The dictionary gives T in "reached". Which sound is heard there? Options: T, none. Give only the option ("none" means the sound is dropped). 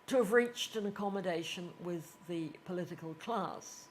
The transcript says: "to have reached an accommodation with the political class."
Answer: T